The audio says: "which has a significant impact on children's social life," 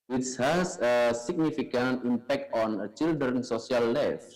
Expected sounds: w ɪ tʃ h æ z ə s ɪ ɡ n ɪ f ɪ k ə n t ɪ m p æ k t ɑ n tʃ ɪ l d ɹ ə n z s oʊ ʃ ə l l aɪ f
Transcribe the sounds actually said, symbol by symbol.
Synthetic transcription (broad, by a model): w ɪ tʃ h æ s ə s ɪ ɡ n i f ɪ k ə n t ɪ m p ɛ k t ɑ n tʃ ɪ l d ɹ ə n s oʊ s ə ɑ l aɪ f